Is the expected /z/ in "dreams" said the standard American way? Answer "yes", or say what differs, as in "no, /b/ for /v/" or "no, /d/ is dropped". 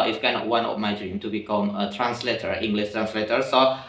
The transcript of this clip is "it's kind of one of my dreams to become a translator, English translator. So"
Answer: no, /z/ is dropped